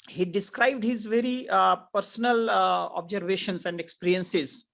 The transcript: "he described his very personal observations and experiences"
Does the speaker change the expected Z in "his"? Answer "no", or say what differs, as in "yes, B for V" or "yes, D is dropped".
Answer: no